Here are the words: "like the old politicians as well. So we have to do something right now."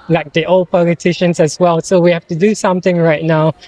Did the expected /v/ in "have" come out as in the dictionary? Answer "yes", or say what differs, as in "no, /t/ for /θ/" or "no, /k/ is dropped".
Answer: no, /f/ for /v/